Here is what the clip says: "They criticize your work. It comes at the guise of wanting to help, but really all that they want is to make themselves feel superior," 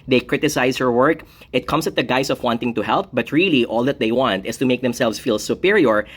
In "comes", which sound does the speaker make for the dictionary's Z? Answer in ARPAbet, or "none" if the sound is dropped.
S